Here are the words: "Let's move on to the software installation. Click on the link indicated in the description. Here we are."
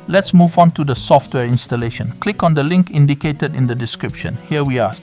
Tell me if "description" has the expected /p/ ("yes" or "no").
yes